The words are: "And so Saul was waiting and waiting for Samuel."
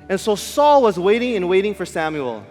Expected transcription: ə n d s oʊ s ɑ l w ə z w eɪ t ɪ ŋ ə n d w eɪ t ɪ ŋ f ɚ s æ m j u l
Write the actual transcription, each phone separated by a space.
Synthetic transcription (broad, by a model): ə n s oʊ s ɑ l w ə z w eɪ t ɪ ŋ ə n w eɪ t ɪ ŋ f ɚ s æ m j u l